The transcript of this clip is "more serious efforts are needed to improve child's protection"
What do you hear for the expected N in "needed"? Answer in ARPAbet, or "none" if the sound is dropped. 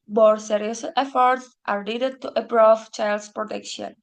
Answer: L